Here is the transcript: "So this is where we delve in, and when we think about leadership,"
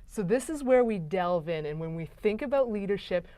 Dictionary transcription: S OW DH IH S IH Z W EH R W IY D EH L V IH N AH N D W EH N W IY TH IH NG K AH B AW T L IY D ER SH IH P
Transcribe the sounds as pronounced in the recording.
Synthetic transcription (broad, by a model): S OW DH IH S IH Z W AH R W IY D EH L V IH N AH N W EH N W IY TH IH NG K AH B AW T L IY D ER SH IH P